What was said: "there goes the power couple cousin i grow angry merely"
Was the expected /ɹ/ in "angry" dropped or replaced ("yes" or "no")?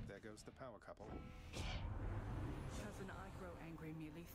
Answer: no